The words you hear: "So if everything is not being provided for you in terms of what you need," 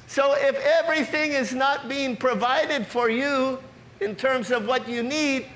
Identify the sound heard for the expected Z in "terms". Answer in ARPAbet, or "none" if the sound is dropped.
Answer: Z